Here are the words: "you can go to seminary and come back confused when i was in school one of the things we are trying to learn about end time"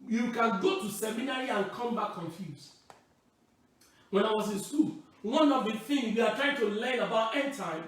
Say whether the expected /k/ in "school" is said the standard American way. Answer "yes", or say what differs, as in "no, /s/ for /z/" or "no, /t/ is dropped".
no, /k/ is dropped